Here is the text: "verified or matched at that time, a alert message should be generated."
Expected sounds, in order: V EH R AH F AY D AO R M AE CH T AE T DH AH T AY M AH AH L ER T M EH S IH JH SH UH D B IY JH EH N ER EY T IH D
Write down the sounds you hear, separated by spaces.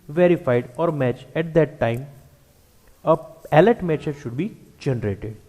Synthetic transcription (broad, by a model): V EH R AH F AY D AO R M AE CH AE T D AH T AY M AH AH L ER T M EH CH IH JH SH UH D B IY JH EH N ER EY T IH D